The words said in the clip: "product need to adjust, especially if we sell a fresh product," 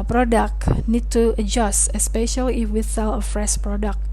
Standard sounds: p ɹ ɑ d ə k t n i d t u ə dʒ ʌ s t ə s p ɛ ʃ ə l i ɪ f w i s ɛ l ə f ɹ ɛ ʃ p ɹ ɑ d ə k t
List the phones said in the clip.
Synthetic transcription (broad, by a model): p ɹ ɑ d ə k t n i d t u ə dʒ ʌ s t ə s p ɛ ʃ ə l i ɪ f w i θ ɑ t ə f ɹ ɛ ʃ p ɹ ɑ d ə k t